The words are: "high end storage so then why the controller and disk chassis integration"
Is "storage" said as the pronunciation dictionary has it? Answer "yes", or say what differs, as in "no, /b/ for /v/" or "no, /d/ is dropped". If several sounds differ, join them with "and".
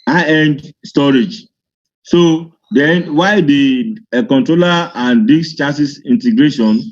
yes